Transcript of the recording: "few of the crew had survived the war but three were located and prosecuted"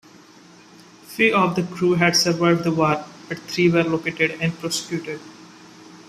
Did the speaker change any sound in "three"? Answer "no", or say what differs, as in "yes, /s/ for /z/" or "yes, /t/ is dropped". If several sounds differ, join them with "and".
yes, /t/ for /θ/